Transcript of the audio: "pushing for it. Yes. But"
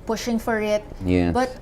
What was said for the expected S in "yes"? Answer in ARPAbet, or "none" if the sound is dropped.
none